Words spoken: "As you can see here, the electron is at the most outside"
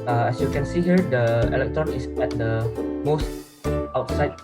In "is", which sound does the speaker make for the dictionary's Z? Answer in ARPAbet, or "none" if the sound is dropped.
S